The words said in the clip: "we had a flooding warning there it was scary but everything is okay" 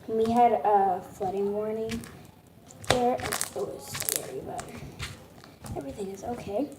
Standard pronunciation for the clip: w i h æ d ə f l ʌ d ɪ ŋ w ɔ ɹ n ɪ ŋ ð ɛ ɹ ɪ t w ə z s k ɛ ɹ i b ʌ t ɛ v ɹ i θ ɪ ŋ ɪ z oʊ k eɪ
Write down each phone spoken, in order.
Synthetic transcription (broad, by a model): w i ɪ d ə f l ʌ d ɪ ŋ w ɔ ɹ n ɪ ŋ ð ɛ ɹ ɪ t w ə z s k ɛ ɹ i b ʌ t ɛ v ɹ i θ ɪ ŋ ɪ z oʊ k eɪ